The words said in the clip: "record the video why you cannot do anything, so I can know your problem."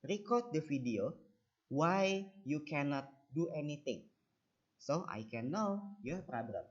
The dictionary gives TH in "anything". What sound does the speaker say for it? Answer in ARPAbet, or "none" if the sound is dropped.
T